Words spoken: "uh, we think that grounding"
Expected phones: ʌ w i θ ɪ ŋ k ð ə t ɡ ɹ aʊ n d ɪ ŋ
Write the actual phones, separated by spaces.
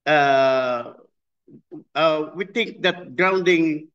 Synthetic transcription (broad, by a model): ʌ w i t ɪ ŋ k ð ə t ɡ ɹ aʊ n d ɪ ŋ